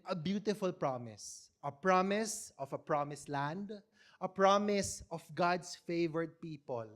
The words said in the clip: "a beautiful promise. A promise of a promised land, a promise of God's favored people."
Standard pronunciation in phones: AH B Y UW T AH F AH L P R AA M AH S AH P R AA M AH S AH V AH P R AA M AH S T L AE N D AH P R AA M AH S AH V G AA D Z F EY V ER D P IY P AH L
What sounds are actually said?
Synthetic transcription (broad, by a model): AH B Y UW T AH F AH L P R AA M AH S AH P R AA M AH S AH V AH P R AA M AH S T L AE N D AH P R AA M AH S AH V G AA D S F EY V ER D P IY P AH L